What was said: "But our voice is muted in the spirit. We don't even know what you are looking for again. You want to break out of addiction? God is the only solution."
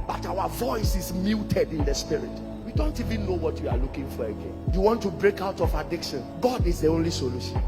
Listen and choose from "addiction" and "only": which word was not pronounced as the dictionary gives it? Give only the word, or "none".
none